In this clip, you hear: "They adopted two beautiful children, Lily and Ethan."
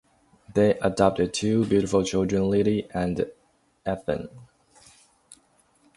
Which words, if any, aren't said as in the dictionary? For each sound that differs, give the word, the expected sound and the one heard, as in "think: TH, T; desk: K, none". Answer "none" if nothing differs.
none